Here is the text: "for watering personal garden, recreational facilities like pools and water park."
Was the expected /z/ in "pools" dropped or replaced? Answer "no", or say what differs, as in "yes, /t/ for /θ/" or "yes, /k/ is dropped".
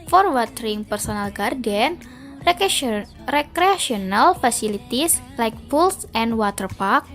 yes, /s/ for /z/